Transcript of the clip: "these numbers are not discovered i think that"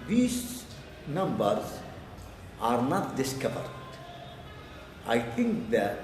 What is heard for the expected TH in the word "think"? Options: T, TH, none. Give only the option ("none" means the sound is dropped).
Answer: T